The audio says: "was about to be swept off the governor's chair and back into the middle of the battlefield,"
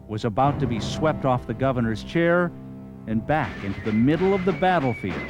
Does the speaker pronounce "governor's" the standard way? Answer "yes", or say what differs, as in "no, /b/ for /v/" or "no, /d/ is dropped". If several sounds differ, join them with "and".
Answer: yes